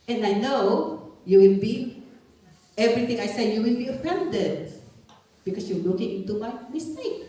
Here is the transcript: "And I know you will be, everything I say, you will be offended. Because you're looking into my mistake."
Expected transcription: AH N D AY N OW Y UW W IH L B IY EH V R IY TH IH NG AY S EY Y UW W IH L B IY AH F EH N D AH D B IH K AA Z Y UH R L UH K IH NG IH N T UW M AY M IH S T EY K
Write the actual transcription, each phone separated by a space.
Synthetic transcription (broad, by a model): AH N AY N OW Y UW W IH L B IY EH V R IY T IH NG AY S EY Y UW W IH L B IY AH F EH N D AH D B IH K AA S Y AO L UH K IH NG IH N T UW M AY M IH S T EY K